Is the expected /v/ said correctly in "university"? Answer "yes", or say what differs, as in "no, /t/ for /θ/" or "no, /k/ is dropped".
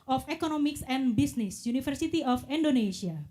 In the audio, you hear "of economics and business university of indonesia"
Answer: no, /f/ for /v/